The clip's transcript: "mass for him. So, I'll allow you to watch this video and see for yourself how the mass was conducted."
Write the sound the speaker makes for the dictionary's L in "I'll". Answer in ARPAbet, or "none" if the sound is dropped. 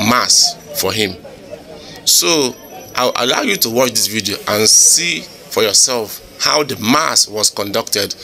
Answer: W